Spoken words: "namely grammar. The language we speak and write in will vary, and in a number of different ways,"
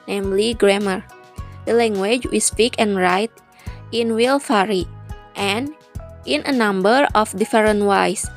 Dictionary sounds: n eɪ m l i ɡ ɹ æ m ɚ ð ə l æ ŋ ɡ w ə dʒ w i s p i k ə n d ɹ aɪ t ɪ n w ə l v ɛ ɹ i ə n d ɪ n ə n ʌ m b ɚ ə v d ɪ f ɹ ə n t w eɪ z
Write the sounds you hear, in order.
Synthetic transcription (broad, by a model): n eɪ m l i ɡ ɹ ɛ m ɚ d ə l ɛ ŋ ɡ w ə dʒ w i s p i k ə n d ɹ aɪ t ɪ n w ə l f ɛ ɹ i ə n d ɪ n ə n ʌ m b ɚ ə f d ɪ f ɹ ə n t w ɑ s